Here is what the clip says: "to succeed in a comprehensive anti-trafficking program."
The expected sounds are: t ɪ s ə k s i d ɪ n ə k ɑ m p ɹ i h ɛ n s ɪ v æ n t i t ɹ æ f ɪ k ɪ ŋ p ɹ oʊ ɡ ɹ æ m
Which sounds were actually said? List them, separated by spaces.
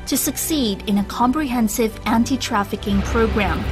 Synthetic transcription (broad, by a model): t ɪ s ə k s i d ɪ n ə k ɑ m p ɹ i h ɛ n s ɪ v æ n t i t ɹ æ f ɪ k ɪ ŋ p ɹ oʊ ɡ ɹ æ m